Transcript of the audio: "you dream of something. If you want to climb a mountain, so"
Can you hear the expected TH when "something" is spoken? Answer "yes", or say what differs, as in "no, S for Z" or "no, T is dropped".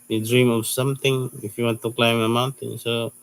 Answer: no, T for TH